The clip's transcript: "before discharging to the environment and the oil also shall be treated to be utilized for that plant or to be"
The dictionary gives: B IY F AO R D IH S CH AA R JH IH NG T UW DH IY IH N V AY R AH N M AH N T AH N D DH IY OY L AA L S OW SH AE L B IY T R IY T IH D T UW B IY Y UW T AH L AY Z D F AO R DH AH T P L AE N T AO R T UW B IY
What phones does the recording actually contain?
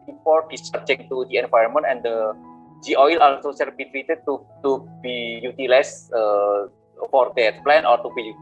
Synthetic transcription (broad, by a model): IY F AO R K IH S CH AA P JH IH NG T UW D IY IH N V AY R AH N M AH N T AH N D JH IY OY L AA L S OW S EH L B IY T R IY T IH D T UW B IY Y UW T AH L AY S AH F AO R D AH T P L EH N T AO R T UW B IY